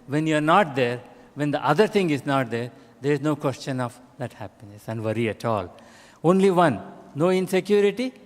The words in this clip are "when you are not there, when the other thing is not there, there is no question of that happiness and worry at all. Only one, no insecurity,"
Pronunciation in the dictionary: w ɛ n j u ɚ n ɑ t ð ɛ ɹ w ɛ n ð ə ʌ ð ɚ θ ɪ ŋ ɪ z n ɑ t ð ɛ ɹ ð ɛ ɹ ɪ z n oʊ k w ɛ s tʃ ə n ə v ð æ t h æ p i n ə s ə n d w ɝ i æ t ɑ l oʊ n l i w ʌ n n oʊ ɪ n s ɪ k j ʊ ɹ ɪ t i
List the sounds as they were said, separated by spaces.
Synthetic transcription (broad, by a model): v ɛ n j u ɚ n ɑ t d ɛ ɹ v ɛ n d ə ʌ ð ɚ t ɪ ŋ ɪ z n ɑ t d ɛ ɹ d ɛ ɹ ɪ z n oʊ k w ɛ s tʃ ə n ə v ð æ t h æ p i n ə s ə n d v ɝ i æ t ɑ l oʊ n l i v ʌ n n oʊ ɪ n s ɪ k j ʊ ɹ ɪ t i